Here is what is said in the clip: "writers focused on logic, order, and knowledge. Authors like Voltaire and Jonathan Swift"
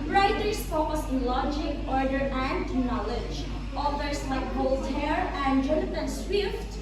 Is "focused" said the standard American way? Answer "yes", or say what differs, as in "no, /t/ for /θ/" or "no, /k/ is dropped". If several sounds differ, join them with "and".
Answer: no, /t/ is dropped